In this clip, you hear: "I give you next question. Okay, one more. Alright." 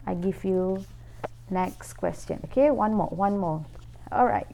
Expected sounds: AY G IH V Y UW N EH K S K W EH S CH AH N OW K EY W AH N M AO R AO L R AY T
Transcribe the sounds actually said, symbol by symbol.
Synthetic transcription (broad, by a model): AY G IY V Y UW N EH K S K W EH S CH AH N OW K EY W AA N M AO W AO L R AY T